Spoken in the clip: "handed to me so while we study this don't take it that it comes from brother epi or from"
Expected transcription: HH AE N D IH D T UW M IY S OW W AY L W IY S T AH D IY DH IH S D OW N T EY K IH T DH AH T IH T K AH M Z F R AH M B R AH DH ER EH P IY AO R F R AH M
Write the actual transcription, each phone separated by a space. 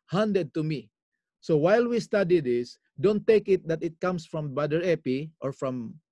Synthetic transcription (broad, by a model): HH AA N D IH D T UW M IY S OW W AY L W IY S T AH D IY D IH S D OW N T EY K IH T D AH T IH T K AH M S F R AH M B AH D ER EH P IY AO R F R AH M